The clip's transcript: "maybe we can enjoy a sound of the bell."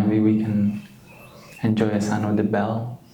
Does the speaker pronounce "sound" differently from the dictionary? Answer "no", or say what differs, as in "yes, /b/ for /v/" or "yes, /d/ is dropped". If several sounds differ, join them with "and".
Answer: yes, /d/ is dropped